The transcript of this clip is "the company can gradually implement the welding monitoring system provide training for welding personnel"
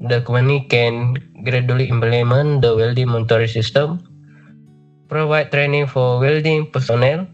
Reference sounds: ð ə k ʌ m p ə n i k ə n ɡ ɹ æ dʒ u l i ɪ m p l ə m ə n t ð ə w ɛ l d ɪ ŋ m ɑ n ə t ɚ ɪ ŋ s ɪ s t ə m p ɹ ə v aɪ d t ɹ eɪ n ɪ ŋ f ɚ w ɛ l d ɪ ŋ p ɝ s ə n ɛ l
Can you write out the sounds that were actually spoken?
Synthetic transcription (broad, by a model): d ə k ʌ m ə n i k ə n ɡ ɹ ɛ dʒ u l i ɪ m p l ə m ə n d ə w ɛ l d ɪ ŋ m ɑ n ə t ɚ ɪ s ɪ s t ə m p ɹ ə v aɪ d t ɹ eɪ n ɪ ŋ f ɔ w ɛ l d ɪ ŋ p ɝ s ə n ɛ l